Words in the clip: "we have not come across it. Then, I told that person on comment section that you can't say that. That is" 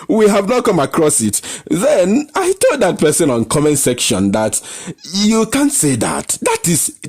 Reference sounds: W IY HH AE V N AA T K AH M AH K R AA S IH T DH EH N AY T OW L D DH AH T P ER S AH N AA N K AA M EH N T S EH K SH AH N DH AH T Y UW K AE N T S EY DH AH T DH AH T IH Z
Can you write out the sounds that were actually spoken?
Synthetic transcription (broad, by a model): W IY HH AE V N AA T K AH M AH K R AA S IH T DH EH N AY T OW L D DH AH T P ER S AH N AA N K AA M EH N S EH K SH AH N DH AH T Y UW K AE N T S EY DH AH T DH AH T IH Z